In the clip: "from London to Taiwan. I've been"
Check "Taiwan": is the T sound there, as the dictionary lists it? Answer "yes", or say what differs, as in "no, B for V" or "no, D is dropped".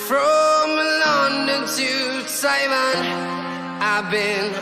no, S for T